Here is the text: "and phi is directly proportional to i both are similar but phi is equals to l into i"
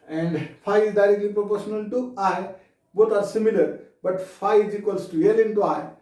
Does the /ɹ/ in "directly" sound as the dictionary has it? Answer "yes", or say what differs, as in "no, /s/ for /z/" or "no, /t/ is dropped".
yes